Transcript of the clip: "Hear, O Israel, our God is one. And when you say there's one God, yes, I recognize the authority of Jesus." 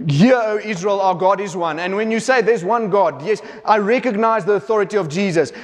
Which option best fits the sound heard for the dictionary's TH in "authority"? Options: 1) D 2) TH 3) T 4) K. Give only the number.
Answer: 2